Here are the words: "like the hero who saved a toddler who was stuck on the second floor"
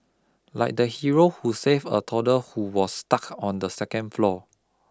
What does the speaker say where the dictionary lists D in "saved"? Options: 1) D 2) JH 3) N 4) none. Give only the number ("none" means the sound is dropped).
4